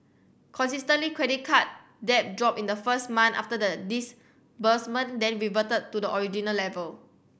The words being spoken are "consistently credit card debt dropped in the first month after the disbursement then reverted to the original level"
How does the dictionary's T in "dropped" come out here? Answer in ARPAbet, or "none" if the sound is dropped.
none